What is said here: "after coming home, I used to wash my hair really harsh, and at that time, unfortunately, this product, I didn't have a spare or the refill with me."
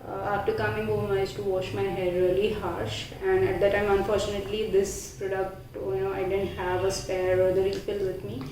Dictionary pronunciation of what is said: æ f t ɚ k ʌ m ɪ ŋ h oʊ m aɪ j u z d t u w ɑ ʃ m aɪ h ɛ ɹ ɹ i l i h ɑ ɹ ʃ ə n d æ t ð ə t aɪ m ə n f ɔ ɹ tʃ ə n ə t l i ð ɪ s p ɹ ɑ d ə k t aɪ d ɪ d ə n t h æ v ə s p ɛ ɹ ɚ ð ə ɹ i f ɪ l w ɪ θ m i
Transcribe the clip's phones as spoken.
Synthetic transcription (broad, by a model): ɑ f t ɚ k ʌ m ɪ ŋ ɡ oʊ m aɪ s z t u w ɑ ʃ m aɪ h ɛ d ɹ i l i h ɑ ɹ ʃ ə n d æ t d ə t aɪ m ə n f ɔ ɹ tʃ ə n ə t l i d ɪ s p ɹ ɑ d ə k t aɪ d ɪ d ə n t h æ v ə s p ɛ ɹ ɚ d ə ɹ i f ɪ l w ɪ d m i